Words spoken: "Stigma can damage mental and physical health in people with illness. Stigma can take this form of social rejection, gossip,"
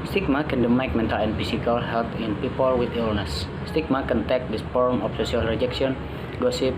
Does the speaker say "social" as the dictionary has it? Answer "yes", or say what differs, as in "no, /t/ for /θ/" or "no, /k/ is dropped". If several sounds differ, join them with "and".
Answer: no, /s/ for /ʃ/